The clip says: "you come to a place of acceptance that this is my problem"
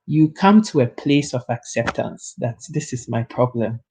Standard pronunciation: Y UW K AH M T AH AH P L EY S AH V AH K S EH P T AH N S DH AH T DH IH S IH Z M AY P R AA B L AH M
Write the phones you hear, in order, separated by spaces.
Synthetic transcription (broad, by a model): Y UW K AH M T AH AH P L EY S AH V AH K S EH P T AH N S DH AH T DH IH S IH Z M AY P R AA B L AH M